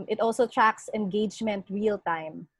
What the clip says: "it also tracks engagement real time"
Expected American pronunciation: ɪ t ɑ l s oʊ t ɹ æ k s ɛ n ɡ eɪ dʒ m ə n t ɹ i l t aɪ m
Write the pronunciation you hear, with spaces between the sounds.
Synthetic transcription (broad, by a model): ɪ t ɑ l s oʊ t ɹ æ k s ɛ n ɡ eɪ dʒ m ə n t ɹ i l t aɪ m